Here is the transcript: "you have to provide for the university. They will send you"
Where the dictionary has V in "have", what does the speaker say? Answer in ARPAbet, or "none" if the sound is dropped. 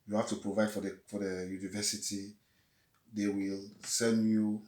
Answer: F